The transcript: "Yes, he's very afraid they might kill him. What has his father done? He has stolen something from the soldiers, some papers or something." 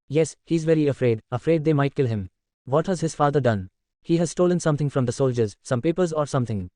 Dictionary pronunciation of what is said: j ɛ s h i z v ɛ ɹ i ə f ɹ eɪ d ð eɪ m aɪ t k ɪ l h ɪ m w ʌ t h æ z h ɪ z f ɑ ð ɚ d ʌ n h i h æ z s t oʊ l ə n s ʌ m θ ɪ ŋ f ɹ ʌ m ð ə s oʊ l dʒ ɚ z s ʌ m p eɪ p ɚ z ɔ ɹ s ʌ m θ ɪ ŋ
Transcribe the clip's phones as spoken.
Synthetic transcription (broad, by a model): j ɛ s h i z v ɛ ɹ i ə f ɹ eɪ d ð eɪ m aɪ t k ɪ l h ɪ m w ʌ t h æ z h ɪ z f ɑ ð ɚ d ʌ n h i h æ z s t oʊ l ə n s ʌ m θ ɪ ŋ f ɹ ʌ m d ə s oʊ l dʒ ɚ z s ʌ m p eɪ p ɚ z ɔ ɹ s ʌ m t ɪ ŋ